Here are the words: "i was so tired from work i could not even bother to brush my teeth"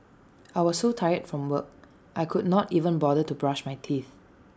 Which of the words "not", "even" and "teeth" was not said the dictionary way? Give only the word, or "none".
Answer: none